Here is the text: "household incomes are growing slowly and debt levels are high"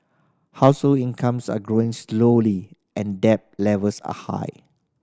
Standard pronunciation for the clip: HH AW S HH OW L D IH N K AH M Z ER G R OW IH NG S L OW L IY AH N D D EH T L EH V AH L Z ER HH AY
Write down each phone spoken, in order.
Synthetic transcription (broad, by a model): HH AW S HH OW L IH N K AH M S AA G R OW IH NG S L OW L IY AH N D D EH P L EH V AH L S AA HH AY